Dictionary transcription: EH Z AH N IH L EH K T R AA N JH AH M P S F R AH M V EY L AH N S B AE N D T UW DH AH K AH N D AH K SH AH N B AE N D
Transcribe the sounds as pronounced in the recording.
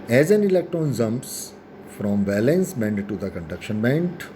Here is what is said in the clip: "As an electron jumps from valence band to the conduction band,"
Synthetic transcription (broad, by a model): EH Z AH N IH L EH K T R AA N Z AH M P S F R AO M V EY L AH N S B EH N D T UW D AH K AH N D AH K SH AH N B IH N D